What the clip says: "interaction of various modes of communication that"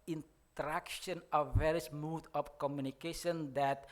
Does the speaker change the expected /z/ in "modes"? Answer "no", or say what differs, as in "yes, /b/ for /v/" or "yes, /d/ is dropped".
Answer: yes, /z/ is dropped